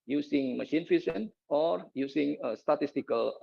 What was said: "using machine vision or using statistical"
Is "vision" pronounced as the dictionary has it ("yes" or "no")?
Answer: no